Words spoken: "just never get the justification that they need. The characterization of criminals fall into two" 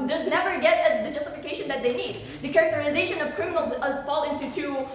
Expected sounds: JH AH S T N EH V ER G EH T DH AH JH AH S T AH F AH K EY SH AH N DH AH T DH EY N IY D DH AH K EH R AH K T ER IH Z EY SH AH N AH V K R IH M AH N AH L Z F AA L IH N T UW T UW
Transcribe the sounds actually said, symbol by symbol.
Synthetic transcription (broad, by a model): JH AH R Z N EH V ER G EH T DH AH JH AH S T AH F AH K EY SH AH N DH AH T DH EY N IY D DH AH K EH R AH K T ER IH Z EY SH AH N AH V K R IH M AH N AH Z F AA L IH N T UW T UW